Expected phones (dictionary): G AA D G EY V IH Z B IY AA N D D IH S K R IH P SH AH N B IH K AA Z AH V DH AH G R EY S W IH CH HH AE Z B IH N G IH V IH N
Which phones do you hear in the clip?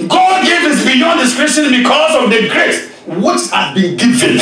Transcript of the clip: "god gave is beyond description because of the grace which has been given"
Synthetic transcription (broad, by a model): G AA D G EY V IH S B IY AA N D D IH S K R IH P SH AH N B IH K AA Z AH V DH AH G R EY S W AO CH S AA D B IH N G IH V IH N